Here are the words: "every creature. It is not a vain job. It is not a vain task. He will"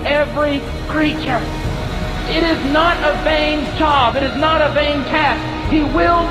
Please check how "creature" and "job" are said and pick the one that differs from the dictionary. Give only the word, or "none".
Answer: job